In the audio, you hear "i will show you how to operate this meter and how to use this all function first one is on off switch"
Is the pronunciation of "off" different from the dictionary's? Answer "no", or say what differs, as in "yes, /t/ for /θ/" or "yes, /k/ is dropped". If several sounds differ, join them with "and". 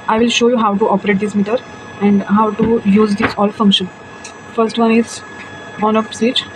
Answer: yes, /p/ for /f/